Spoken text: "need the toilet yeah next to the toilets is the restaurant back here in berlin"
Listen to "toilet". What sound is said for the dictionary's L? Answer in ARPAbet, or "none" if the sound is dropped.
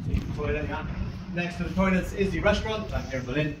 none